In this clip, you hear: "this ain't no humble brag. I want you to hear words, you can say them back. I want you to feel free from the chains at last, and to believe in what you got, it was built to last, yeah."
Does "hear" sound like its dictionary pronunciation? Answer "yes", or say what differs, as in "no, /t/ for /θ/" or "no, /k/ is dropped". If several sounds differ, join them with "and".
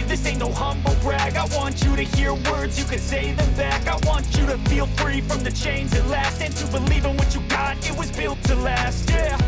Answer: yes